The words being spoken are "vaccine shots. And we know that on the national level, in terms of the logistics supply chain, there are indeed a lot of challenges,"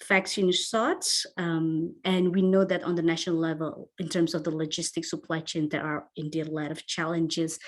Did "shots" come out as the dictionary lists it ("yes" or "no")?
no